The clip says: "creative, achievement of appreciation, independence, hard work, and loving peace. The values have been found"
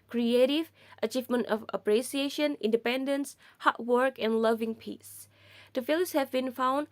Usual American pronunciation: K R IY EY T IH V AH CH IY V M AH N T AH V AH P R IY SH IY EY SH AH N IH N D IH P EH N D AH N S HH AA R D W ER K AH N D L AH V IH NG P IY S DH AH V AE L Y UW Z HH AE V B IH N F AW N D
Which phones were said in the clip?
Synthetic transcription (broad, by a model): K R IY EY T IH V AH CH IY V M AH N T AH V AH P R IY S IY EY SH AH N IH N D IH P EH N D AH N S HH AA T W ER K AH N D L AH V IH NG P IY S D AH F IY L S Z HH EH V B IH N F AW N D